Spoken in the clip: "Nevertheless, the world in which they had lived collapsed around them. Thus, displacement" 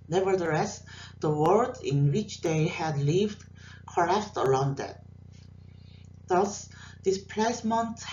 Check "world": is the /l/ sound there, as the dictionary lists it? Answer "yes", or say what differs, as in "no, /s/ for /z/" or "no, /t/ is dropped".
no, /l/ is dropped